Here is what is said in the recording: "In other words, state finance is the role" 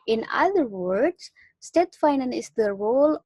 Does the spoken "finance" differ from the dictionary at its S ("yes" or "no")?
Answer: yes